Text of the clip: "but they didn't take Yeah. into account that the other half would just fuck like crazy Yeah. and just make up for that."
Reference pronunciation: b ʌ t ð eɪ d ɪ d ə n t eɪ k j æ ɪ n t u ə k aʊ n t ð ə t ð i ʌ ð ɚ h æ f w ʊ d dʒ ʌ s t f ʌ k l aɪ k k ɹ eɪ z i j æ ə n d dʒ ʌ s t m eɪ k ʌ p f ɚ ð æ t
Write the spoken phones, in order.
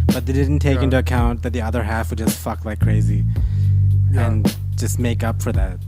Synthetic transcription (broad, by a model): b ʌ t ð eɪ d ɪ d n t eɪ k ɪ n t u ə k aʊ n ð ə t ð i ʌ ð ɚ h æ f w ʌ d dʒ ʌ s t f ʌ k l aɪ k k ɹ eɪ z i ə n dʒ ʌ s t m eɪ k ʌ p f ɚ ð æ t